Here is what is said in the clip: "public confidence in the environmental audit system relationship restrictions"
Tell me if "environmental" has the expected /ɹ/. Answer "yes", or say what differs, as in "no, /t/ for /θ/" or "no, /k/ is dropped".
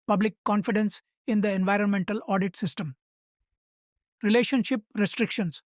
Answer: yes